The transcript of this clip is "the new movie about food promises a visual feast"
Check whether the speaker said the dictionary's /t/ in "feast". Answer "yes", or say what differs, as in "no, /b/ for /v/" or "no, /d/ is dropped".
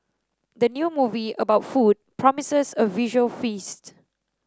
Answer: yes